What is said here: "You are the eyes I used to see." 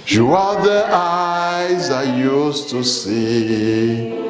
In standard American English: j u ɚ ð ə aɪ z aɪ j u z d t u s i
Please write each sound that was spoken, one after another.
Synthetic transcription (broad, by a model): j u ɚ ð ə aɪ z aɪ j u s t u s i